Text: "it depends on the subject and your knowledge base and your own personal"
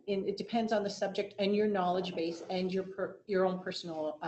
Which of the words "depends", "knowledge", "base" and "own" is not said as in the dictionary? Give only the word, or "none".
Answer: none